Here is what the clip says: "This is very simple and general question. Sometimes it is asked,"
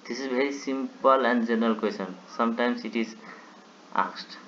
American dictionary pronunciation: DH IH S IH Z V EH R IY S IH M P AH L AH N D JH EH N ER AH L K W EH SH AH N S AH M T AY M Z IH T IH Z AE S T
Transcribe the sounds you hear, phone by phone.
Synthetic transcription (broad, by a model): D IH S IH Z B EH R IY S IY M P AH L AH N D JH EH N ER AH L K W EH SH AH N S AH M T AY M S IH T IH Z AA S T